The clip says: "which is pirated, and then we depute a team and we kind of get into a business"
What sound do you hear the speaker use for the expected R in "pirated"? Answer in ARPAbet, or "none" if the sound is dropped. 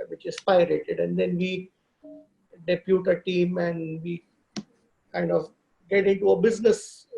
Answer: R